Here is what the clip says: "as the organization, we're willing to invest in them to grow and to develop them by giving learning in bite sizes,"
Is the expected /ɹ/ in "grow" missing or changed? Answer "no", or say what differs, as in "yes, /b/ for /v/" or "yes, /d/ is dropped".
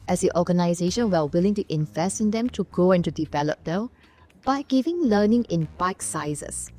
yes, /ɹ/ is dropped